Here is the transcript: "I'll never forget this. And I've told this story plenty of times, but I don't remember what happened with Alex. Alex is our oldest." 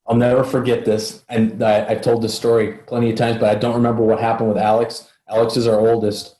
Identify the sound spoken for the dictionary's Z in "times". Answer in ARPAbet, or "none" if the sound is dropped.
Z